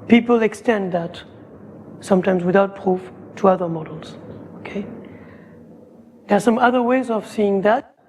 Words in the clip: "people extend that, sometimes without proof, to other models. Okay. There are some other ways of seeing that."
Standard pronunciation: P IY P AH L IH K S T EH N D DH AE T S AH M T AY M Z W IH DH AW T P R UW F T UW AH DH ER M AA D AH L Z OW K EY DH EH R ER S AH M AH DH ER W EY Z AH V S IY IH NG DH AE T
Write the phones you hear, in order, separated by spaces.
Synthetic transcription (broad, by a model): P IY P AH L IH K S T EH N D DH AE T S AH M T AY M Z W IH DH AW T P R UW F T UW AH DH ER M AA D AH L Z OW K EY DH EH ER S AH M AH DH ER W EY Z AH V S IY IH NG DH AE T